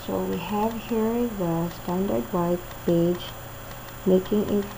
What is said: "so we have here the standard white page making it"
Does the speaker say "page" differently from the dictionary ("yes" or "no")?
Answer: yes